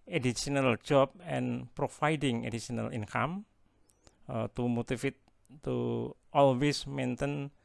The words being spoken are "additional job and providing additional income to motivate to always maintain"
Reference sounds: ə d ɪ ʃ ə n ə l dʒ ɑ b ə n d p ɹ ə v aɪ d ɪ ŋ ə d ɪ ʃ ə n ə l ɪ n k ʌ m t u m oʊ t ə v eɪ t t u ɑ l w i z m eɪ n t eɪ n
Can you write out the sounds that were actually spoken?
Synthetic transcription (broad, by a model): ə d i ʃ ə n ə l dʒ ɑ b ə n p ɹ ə f aɪ d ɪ ŋ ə d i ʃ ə n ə l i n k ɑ m t u m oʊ t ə f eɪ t t u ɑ l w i s m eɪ n t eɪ n